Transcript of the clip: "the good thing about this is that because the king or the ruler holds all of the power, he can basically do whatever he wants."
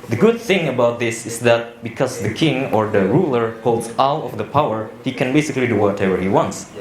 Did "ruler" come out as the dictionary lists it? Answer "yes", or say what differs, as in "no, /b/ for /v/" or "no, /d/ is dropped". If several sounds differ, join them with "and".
yes